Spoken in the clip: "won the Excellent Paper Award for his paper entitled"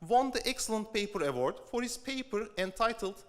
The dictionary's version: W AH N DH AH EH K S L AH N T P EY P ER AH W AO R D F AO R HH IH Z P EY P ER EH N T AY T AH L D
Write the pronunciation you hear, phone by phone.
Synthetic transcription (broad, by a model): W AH N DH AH EH K S L AH N T P EY P ER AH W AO R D F AO R HH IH S P EY P ER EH N T AY T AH L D